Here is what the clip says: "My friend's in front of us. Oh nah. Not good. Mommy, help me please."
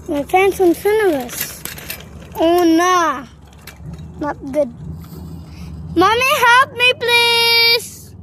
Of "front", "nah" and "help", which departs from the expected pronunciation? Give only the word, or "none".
front